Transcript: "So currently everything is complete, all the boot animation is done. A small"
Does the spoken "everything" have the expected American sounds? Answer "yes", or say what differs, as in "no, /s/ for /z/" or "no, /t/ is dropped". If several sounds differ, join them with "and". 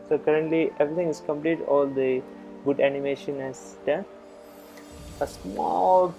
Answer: no, /t/ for /θ/